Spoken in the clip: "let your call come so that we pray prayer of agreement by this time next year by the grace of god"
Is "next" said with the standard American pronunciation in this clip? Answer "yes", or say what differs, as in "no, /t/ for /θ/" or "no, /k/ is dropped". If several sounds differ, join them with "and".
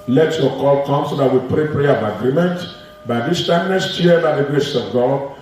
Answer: no, /k/ is dropped